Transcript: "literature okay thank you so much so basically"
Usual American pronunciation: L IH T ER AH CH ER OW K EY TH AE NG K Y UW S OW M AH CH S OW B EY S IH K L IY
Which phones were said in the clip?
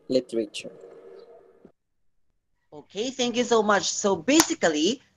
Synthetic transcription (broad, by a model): L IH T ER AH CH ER OW K EY TH AE NG K Y UW S OW M AH CH S OW B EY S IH K L IY